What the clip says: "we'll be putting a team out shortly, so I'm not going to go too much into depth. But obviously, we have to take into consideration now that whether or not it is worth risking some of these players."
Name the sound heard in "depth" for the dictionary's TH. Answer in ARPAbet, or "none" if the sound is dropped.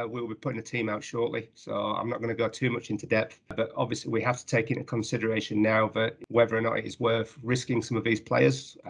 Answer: TH